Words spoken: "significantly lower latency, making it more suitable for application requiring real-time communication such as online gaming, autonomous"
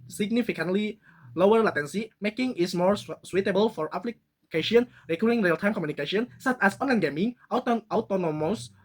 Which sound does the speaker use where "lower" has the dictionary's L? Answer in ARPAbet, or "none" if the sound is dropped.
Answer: L